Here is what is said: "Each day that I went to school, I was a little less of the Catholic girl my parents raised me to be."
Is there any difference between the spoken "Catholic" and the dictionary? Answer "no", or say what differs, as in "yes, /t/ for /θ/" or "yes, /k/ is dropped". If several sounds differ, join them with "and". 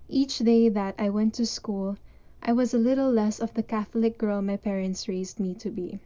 no